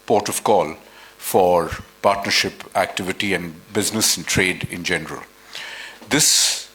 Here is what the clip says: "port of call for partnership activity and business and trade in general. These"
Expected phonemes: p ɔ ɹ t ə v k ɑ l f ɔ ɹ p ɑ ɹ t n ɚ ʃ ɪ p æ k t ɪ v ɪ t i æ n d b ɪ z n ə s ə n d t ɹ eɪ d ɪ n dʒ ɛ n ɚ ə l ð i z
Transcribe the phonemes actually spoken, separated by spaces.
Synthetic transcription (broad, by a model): p ɔ ɹ t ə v k ɑ l f ɔ ɹ p ɑ ɹ t n ɚ ʃ ɪ p æ k t ɪ v ɪ t i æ n d b ɪ z n ə s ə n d t ɹ eɪ d ɪ n dʒ ɛ n ɚ ə l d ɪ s